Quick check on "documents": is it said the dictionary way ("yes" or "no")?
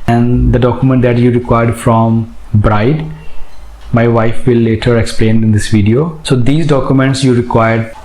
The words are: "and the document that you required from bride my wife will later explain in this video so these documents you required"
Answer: yes